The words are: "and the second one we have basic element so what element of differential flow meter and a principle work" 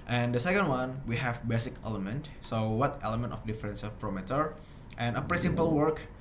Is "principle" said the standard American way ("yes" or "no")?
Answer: no